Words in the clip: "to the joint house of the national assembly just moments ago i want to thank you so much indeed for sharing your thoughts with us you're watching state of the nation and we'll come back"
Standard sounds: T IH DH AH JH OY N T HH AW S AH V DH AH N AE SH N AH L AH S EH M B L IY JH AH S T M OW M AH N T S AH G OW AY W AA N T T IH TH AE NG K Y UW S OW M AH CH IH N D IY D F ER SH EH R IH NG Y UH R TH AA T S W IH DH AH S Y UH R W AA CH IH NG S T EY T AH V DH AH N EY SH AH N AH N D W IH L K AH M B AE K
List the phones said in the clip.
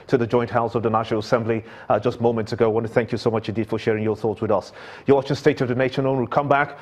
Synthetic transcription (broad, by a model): T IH DH AH JH OY N T HH AW S AH V DH AH N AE SH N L AH S EH M B L IY JH AH S T M OW M AH N T S AH G OW AY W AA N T T IH TH AE NG K Y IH S OW M AH CH IH N D IY D F ER SH EH R IH NG Y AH R TH AA T S W IH DH AH S Y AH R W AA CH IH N S T EY T AH V DH AH N EY SH AH N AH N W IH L K AH M B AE K